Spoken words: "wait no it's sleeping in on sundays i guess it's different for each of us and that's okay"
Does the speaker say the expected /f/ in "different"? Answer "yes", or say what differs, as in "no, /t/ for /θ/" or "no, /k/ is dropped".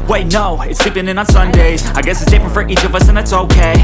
no, /p/ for /f/